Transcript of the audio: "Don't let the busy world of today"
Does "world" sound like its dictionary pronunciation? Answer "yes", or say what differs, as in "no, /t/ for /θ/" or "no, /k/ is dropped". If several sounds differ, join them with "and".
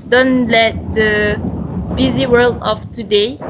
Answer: yes